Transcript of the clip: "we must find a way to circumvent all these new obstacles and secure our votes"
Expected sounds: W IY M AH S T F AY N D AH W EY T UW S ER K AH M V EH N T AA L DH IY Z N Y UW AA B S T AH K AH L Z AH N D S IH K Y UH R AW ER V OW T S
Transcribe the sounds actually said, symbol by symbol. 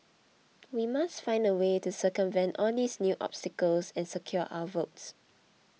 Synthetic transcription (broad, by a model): W IY M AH S T F AY N D AH W EY T UW S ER K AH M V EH N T AA L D IY S N Y UW AA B S T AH K AH L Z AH N S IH K Y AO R AW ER V OW T S